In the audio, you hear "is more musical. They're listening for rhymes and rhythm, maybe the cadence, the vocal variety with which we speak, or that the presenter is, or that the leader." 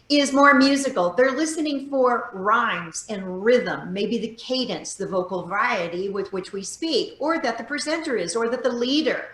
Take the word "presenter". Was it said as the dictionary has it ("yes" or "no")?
yes